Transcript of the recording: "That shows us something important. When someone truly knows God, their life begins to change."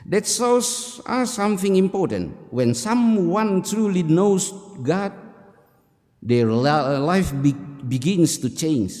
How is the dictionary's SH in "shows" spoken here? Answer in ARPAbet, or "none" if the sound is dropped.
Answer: S